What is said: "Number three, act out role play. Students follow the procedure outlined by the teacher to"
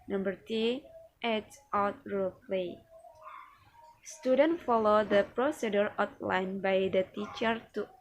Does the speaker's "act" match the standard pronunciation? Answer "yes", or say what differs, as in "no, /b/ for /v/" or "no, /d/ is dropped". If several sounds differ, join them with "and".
no, /k/ is dropped